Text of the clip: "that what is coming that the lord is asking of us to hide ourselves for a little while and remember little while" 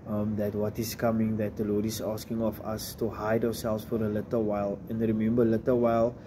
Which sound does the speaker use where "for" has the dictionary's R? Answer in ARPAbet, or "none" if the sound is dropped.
R